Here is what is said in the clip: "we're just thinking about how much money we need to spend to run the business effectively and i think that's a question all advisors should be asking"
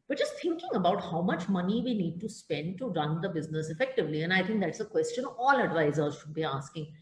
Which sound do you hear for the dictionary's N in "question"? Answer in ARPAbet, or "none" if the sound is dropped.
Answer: N